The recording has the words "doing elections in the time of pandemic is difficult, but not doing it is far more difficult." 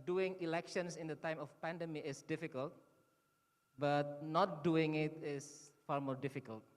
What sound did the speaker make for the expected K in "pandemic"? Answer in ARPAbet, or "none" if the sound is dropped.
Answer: none